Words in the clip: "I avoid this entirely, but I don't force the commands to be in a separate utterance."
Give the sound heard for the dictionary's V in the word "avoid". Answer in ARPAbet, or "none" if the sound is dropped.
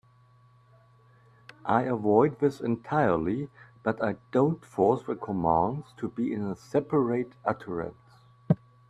V